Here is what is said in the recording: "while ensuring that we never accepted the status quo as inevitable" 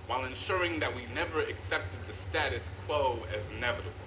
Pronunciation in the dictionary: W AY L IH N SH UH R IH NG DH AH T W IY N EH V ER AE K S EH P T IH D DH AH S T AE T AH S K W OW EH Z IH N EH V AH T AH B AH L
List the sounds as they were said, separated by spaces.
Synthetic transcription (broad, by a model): W AY L IH N SH UH R IH NG DH AH T W IY N EH V ER AE K S EH P T IH D DH AH S T AE T AH S K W OW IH Z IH N EH V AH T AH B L